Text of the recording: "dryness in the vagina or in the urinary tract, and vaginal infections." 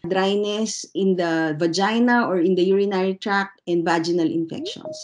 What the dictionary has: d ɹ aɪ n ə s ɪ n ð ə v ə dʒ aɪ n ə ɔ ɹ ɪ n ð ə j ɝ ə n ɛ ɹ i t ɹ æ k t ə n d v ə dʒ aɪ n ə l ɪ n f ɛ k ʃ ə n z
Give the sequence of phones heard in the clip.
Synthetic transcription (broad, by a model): d ɹ aɪ n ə s ɪ n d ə v ə dʒ aɪ n ə ɔ ɹ ɪ n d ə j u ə n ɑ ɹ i t ɹ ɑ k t ə n d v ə dʒ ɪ n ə l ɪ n f ɛ k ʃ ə n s